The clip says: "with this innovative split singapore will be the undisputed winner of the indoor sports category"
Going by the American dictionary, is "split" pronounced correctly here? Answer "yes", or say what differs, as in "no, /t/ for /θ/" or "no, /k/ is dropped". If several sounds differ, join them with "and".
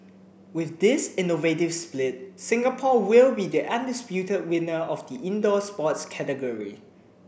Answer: yes